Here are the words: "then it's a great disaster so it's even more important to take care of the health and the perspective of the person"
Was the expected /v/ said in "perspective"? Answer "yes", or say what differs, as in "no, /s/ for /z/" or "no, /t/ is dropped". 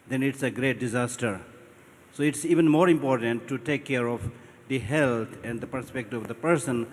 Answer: no, /v/ is dropped